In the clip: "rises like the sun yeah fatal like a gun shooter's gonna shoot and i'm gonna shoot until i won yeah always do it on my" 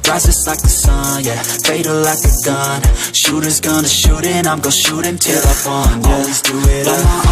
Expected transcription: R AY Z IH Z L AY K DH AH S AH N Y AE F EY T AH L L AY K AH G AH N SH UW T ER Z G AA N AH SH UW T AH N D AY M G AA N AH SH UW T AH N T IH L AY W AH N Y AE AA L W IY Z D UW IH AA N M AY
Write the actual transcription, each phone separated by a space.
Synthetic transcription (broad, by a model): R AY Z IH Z L AY K DH AH S AH N Y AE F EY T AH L L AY K AH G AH N SH UW T ER Z G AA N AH SH UW T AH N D AY M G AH SH UW T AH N T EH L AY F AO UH AA L W IY Z D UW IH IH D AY